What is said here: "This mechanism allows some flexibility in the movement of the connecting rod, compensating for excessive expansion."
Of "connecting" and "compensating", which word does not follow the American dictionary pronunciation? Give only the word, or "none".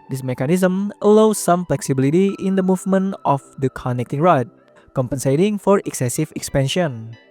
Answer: none